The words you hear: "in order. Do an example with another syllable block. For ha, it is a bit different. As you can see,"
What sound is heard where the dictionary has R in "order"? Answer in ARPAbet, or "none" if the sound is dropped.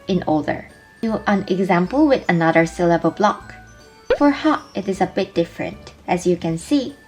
L